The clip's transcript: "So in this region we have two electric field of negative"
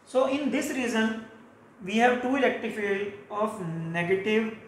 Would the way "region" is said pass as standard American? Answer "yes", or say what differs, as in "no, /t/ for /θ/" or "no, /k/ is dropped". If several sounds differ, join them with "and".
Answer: no, /z/ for /dʒ/